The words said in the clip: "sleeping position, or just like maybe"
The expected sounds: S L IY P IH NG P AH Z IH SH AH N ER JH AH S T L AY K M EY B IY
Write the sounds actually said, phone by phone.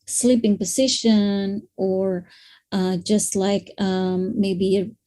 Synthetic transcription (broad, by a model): S L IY P IH NG P AH Z IH SH AH N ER JH AH S T L AY K M EY B IY